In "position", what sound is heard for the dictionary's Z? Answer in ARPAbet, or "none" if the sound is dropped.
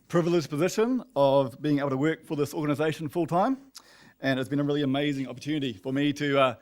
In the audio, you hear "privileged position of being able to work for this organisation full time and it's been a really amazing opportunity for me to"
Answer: Z